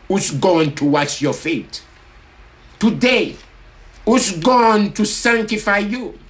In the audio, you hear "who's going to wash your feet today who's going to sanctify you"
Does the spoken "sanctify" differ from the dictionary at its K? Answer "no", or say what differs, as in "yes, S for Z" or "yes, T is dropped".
no